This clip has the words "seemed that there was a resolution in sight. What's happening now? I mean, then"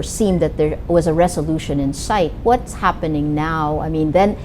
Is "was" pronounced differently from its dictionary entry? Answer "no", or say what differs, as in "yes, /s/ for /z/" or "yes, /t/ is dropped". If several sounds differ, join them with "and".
no